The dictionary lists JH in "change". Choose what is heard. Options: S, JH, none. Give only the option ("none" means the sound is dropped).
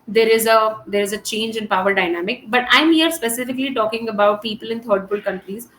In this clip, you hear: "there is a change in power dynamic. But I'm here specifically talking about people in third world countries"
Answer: JH